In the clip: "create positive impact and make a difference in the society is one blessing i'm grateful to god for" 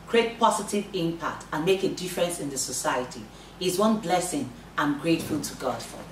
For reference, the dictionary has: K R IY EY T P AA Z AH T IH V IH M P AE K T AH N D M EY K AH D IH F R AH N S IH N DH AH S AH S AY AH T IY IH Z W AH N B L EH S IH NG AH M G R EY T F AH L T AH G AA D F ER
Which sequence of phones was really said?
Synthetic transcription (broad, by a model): K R IY EY T P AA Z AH T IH V IH M P AE K T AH N M EY K AH D IH F R AH N S IH N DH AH S AH S AY AH T IY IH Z W AH N B L EH S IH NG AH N G R EY T F AH L T AH G AA D F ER